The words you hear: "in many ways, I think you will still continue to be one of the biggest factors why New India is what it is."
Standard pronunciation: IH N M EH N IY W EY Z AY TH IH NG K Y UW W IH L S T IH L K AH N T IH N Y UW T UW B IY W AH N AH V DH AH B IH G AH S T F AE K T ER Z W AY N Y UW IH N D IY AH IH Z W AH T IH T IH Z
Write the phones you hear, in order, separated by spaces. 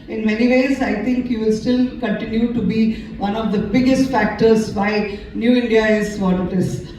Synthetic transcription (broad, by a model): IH N M EH N IY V EY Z AY T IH NG K Y UW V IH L S T IH L K AH N T IH N Y UW T UW B IY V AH N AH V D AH B IH G AH S T F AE K T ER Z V AY N Y UW IH N D IY AH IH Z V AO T IH T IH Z